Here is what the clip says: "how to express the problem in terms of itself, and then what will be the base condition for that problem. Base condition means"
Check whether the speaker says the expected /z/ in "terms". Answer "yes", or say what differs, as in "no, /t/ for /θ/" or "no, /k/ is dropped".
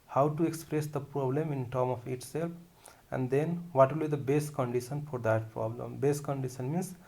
no, /z/ is dropped